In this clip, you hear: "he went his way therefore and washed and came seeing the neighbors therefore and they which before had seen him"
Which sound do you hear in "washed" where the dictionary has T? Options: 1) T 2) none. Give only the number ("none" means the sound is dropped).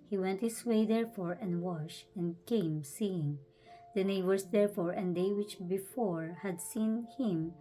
2